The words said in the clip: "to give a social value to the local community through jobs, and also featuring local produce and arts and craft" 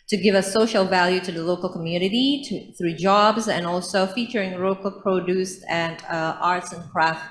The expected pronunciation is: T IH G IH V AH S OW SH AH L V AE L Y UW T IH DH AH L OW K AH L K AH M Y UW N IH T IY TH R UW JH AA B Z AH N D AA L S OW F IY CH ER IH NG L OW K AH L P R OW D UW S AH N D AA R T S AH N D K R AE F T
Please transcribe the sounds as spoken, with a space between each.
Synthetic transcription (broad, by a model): T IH G IH V AH S OW SH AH L V AE L Y UW T IH DH AH L OW K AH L K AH M Y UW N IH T IY TH R UW JH AA B Z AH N AA L S OW F IY CH ER IH NG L OW K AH L P R OW D UW S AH N AA R T S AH N K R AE F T